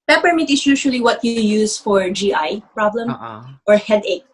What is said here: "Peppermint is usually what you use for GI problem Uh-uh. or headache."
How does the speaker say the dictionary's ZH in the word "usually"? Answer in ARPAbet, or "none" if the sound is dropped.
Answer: SH